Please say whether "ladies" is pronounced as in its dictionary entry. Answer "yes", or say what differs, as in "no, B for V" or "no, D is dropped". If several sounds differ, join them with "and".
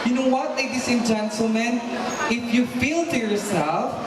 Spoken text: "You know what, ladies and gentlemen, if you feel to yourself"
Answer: no, S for Z